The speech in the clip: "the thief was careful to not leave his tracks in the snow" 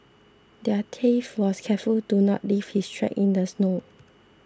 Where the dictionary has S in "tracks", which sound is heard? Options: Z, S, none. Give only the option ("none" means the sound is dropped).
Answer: none